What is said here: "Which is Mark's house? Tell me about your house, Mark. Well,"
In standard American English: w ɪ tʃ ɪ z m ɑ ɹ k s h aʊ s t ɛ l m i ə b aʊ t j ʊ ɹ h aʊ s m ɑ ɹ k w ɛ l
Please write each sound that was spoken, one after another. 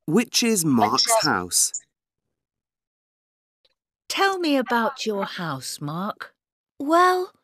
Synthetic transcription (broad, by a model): w ɪ tʃ ɪ z m ɑ ɹ k s h aʊ s t ɛ l m i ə b aʊ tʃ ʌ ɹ h aʊ s m ɑ ɹ k w ɛ l